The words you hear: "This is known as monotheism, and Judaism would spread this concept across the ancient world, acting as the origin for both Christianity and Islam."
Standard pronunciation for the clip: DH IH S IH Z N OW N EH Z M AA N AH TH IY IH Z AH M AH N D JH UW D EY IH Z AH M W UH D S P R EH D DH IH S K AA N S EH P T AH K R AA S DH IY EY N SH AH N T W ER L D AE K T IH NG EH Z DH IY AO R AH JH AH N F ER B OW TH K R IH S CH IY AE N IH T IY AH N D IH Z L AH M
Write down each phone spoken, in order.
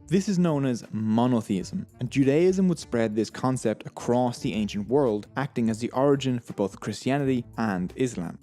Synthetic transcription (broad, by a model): DH IH S IH Z N OW N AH Z M AA N AH TH IY IH Z AH M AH N JH UW D EY IH Z AH M W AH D S P R EH D DH IH S K AA N S EH P T AH K R AA S DH IY EY N SH AH N T W ER L D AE K T IH NG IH Z DH IY AO R AH JH AH N F ER B OW TH K R IH S CH IY AE N IH T IY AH N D IH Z L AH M